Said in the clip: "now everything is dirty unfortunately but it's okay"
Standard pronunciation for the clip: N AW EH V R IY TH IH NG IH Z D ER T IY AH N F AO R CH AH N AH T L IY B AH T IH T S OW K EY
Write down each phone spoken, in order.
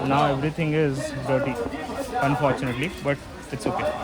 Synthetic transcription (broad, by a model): N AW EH V R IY T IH NG IH Z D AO T IY AH N F AO R CH AH N AH T L IY B AH T IH T S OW K EY